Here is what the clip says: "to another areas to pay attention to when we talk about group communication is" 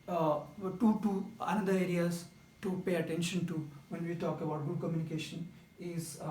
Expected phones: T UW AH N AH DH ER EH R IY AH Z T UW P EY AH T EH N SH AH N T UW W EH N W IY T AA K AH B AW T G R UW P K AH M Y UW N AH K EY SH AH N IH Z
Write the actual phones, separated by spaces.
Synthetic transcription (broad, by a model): T UW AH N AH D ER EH R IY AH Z T UW P EY AH T EH N SH AH N T UW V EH N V IY T AA K AH B AW T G UW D K AH M Y UW N AH K EY SH AH N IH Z